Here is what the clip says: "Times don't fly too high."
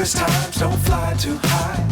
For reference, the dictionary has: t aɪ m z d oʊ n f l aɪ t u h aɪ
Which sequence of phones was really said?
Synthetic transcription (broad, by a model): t aɪ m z d oʊ n f l aɪ t u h aɪ